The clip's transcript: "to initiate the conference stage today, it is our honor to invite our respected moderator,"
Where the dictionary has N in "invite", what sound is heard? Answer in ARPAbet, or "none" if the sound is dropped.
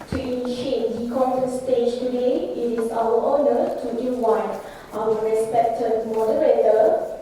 none